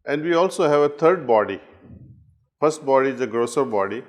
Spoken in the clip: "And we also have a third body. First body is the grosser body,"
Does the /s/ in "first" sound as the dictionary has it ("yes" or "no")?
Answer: yes